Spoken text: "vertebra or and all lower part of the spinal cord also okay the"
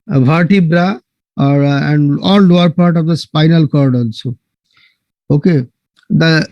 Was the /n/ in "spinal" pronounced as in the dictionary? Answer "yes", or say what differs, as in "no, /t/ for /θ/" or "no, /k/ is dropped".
yes